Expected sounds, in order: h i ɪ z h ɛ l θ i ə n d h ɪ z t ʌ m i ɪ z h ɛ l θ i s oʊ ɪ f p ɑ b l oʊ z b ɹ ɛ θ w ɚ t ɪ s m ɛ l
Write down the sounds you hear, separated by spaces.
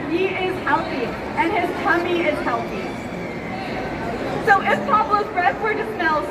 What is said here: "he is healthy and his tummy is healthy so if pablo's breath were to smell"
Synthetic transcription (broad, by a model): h i ɪ z h ɛ l θ i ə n ɪ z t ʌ m i ɪ z h ɛ l θ i s oʊ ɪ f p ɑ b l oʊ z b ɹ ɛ s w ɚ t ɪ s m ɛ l